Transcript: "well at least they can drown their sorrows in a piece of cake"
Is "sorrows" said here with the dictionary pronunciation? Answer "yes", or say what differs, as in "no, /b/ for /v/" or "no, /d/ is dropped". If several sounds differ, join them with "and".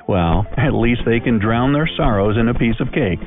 yes